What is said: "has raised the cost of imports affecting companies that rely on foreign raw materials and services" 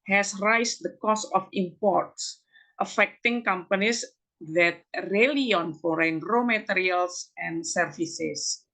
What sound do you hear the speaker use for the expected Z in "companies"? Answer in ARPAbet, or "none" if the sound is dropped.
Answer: S